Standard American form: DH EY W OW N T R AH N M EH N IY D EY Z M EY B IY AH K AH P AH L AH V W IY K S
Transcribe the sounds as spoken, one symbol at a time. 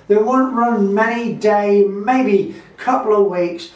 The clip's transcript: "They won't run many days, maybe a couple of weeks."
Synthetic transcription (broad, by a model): DH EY W OW N T R AH N M EH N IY D EY M EY B IY K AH P L AH V W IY K S